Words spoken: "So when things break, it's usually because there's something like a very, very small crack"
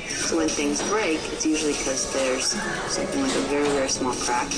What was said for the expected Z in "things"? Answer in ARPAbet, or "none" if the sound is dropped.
Z